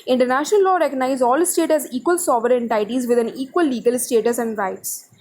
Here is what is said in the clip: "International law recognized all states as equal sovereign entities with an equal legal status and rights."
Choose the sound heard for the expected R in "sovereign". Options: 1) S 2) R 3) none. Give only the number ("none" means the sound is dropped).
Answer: 3